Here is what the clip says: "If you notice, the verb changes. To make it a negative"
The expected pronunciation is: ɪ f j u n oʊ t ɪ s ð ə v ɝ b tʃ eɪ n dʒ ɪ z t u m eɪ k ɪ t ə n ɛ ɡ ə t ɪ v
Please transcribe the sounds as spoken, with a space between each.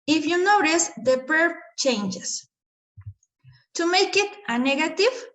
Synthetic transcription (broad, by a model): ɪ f j u n oʊ t ɪ s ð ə p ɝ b tʃ eɪ n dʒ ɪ s t u m eɪ k ɪ t ə n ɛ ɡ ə t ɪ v